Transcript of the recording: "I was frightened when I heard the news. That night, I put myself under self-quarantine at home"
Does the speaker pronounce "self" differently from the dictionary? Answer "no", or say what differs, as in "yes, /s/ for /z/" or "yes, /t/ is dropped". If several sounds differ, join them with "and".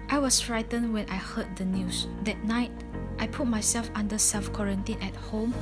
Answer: yes, /l/ is dropped